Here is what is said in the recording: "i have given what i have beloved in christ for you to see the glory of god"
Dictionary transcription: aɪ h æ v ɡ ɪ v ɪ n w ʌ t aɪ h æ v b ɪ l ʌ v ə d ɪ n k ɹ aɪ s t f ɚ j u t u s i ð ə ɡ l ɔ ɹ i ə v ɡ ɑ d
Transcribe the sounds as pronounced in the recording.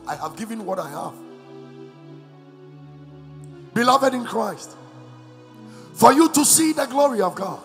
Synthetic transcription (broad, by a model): aɪ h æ v ɡ ɪ v ɪ n w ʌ t aɪ h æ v b ɪ l ʌ v ə d ɪ n k ɹ aɪ s t f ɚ j u t u s i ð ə ɡ l ɔ ɹ i ə v ɡ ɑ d